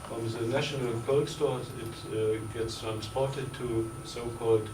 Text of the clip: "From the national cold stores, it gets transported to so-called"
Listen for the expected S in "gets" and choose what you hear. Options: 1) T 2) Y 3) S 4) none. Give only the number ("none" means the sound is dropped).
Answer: 3